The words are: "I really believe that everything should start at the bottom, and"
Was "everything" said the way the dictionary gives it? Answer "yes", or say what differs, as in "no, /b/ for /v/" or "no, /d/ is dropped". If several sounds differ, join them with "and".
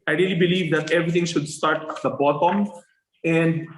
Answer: no, /t/ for /θ/